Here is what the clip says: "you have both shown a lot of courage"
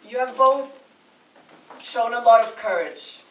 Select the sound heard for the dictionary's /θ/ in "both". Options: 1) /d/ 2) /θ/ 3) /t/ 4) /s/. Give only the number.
2